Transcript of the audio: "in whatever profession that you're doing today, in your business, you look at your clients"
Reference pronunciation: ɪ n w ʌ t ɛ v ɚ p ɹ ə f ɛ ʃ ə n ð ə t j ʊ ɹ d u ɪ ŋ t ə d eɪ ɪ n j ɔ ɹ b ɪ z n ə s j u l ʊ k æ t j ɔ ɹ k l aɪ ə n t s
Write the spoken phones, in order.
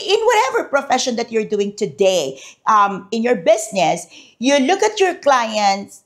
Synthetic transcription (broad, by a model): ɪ n w ʌ t ɛ v ɚ p ɹ ə f ɛ ʃ ə n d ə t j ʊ ɹ d u ɪ ŋ t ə d eɪ ɪ n j ɔ ɹ b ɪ s n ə s j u l ʊ k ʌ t j ɔ ɹ k l aɪ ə n t s